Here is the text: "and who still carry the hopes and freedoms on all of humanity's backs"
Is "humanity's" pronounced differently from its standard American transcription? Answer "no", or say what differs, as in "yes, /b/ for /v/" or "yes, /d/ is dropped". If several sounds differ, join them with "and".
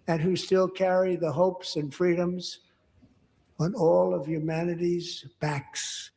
no